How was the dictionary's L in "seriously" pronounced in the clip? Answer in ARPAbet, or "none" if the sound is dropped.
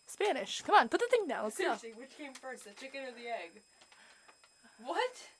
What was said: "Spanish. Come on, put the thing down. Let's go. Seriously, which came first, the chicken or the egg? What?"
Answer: none